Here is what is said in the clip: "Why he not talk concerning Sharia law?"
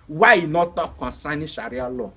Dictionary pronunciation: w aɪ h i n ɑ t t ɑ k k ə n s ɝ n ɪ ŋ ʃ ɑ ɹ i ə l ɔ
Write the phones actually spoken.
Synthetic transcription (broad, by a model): w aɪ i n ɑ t t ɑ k k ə s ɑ n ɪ ʃ ɑ ɹ i ə l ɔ